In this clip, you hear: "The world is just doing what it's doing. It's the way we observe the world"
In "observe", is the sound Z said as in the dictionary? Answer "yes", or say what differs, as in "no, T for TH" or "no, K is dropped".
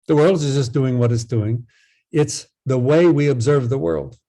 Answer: yes